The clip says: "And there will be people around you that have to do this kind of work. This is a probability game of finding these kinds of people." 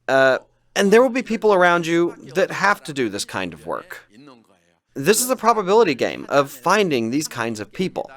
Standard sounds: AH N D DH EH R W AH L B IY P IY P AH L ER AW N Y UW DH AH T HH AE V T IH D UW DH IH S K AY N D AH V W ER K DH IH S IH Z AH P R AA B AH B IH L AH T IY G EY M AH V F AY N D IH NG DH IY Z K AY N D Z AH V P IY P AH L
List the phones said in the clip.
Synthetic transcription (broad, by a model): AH N DH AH R W AH L B IY P IY P L ER AW N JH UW DH AH T HH AE F T IH D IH DH IH S K AY N D AH V W ER K DH IH S IH Z AH P R AA B AH B IH L AH T IY G EY M AH V F AY N D IH NG DH IY Z K AY N D Z AH V P IY P L